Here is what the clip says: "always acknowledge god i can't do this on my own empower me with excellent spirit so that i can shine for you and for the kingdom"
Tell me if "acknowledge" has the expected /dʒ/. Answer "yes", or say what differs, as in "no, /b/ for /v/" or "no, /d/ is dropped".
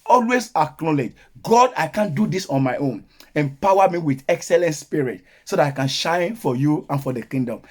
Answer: yes